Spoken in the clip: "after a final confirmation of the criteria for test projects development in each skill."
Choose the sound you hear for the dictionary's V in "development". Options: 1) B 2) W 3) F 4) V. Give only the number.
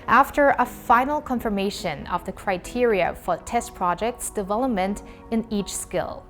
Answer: 4